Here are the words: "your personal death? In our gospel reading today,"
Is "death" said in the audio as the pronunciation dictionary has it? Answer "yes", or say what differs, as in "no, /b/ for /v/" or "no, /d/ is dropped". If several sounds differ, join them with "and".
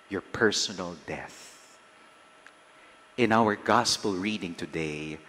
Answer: yes